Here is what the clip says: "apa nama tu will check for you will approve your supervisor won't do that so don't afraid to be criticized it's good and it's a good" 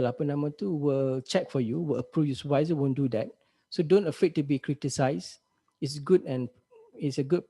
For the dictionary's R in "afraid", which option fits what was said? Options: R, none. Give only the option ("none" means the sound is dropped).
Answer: none